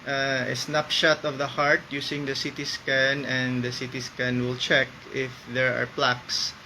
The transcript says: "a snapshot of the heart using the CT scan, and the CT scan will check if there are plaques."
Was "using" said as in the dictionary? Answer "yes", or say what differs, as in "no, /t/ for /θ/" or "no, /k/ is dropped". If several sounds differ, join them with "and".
no, /s/ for /z/